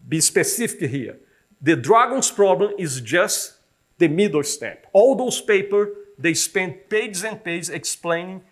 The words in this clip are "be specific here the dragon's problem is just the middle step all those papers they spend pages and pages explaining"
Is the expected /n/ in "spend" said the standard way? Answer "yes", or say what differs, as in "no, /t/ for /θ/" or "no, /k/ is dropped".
yes